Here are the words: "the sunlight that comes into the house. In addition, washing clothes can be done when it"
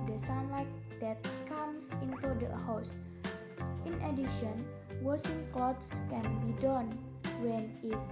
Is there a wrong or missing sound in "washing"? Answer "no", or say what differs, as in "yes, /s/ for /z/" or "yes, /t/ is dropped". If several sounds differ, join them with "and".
yes, /s/ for /ʃ/